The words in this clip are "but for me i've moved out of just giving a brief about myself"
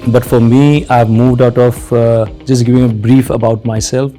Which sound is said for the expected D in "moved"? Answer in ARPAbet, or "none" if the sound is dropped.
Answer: D